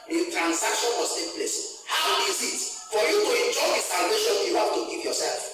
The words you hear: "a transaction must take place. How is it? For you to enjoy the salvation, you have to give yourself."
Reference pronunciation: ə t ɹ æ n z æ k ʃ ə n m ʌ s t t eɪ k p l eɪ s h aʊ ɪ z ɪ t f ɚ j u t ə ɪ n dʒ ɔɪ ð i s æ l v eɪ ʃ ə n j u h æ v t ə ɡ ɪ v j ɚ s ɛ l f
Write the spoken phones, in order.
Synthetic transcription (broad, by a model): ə t ɹ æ n s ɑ k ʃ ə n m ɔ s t t eɪ k p l eɪ s h aʊ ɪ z ɪ t f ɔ j u t ə ɪ n dʒ ɔɪ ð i s æ l v eɪ ʃ ə n j u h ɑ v t ə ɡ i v j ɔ s ɛ l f